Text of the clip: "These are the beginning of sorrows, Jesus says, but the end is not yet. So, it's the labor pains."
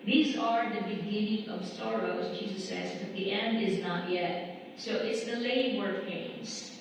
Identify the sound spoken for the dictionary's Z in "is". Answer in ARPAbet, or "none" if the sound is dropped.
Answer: Z